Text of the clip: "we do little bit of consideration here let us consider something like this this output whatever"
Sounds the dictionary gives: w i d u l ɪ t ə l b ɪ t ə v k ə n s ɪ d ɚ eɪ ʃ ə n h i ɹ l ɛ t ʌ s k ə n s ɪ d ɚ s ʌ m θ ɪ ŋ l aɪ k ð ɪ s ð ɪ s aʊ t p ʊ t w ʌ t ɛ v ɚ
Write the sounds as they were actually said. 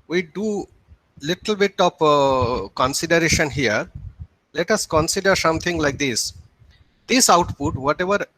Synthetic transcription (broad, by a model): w i d u l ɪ t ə l b ɪ t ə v k ə n s ɪ d ɚ eɪ ʃ ə n h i ɹ l ɛ t ʌ s k ə n s ɪ d ɚ s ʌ m t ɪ ŋ l aɪ k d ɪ s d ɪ s aʊ t p ʊ t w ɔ t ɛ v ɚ